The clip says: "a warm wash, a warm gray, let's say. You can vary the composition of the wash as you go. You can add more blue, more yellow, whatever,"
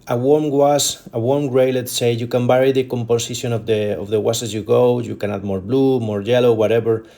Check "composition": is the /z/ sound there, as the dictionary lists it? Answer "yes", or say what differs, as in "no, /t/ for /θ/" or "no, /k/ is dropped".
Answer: no, /s/ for /z/